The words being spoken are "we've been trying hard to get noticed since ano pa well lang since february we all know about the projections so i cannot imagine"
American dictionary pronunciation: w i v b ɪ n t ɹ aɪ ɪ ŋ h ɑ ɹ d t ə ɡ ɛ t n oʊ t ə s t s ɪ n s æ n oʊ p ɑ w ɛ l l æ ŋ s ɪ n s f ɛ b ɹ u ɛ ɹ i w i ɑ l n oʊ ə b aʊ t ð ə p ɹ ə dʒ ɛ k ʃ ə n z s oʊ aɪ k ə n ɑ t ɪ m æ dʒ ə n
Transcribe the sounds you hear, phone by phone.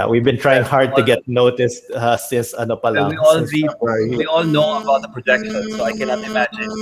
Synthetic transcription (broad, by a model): w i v b ɪ n t ɹ aɪ ɪ ŋ h ɑ ɹ d t ə ɡ ɛ t n oʊ t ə s t s ɪ n s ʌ n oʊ p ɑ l w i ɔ l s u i w i ɑ l n oʊ ə b aʊ t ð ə p ɹ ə dʒ ɛ k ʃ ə n s oʊ aɪ k ə n ɑ t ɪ m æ dʒ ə n